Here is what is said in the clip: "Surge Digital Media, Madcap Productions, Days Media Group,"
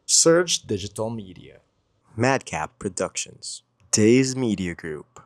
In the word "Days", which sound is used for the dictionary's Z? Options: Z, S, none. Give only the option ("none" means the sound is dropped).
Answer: Z